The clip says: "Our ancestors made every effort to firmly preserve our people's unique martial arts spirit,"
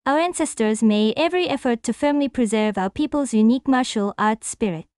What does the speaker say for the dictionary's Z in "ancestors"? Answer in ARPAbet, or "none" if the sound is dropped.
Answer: Z